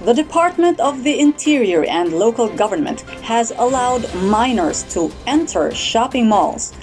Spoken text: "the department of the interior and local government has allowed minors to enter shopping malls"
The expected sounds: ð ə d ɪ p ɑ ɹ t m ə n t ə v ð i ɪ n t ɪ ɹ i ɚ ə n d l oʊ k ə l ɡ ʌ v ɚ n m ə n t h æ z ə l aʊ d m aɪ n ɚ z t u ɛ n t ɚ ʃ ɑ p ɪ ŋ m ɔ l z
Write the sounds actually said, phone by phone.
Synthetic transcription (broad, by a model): ð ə d ɪ p ɑ ɹ t m ə n t ə v ð i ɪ n t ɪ ɹ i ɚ ə n d l oʊ k ə l ɡ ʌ v ɚ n m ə n t h æ z ə l aʊ d m aɪ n ɚ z t u ɛ n t ɚ ʃ ɑ p ɪ ŋ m ɔ l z